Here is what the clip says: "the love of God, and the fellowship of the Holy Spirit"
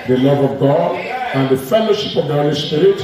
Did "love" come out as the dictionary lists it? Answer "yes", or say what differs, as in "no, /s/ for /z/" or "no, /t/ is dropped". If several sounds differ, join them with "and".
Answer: yes